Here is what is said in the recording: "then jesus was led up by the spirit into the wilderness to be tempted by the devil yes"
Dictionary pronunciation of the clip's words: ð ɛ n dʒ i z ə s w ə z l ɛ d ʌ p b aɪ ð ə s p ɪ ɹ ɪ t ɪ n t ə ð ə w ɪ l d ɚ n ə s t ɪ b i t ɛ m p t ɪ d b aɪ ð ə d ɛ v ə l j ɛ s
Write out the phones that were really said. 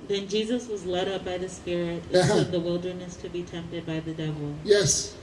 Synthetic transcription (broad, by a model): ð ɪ n dʒ i z ə s w ə z l ɛ d ʌ p b aɪ ð ə s p ɪ ɹ ɪ t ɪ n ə ð ə w ɪ l d ɚ n ə s t ɪ b i t ɛ m p t ɪ d b aɪ ð ə d ɛ v l j ɛ s